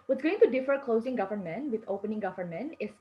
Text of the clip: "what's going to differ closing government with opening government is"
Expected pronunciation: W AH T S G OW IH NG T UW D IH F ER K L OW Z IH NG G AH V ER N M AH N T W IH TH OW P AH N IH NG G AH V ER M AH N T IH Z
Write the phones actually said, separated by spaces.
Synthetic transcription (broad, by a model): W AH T G OW IH NG T UW D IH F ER K L OW Z IH NG G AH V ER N M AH N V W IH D OW P AH N IH NG G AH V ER M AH N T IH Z